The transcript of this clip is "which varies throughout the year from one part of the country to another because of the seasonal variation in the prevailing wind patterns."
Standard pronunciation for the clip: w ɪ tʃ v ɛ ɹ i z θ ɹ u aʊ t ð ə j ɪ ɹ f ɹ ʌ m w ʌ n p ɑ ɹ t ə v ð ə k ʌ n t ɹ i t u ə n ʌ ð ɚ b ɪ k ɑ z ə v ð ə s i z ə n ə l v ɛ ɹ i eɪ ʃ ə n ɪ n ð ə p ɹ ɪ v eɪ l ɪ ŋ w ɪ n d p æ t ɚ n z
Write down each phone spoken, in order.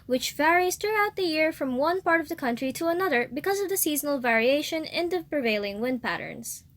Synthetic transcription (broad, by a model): w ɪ tʃ v ɛ ɹ i z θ ɹ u aʊ t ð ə j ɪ ɹ f ɹ ʌ m w ʌ n p ɑ ɹ t ə v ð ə k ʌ n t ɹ i t u ə n ʌ ð ɚ b ɪ k ɑ z ə v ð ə s i z ə n ə l v ɛ ɹ i eɪ ʃ ə n ɪ n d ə p ɹ ɪ v eɪ l ɪ ŋ w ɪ n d p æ t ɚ n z